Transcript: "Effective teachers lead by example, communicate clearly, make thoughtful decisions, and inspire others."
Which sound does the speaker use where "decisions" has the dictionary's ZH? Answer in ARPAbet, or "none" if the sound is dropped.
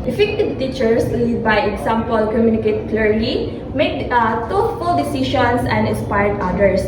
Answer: SH